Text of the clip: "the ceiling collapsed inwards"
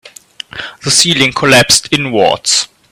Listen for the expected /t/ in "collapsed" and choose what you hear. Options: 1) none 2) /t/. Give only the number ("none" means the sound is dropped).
2